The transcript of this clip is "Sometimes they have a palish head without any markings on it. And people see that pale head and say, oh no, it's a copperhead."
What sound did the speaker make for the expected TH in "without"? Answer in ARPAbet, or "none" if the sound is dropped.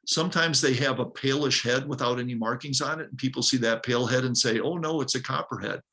TH